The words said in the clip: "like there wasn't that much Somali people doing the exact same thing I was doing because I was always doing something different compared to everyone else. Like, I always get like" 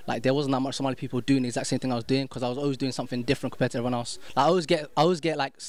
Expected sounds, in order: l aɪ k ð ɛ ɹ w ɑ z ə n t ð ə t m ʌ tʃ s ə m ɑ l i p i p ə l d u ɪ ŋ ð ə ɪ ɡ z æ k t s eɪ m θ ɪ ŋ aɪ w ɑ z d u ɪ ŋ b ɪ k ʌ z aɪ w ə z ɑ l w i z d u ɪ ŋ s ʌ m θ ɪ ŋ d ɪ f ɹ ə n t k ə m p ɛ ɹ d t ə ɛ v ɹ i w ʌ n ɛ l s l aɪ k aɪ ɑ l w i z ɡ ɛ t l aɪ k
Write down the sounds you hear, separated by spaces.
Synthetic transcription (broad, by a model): l aɪ k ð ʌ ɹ w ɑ z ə n ð ə t m ʌ tʃ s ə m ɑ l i p i p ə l d u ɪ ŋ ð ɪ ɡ z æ k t s eɪ m θ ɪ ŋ aɪ w ɑ z d u ɪ ŋ k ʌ z aɪ w ə z ɑ l w i z d u ɪ ŋ s ʌ m θ ɪ ŋ d ɪ f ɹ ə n k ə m p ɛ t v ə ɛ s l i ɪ ɔ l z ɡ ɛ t aɪ ɑ l w i z ɡ ɛ t l aɪ k